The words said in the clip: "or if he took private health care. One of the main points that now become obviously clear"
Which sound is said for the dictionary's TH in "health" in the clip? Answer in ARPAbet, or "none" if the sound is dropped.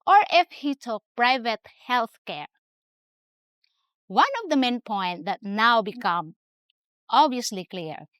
TH